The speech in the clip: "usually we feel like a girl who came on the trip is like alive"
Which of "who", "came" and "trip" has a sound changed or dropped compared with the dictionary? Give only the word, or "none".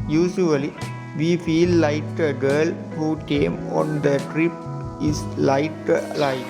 none